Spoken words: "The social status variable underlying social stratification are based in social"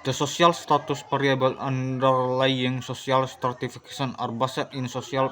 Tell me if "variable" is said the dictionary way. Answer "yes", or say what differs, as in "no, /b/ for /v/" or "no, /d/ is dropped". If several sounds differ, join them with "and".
no, /p/ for /v/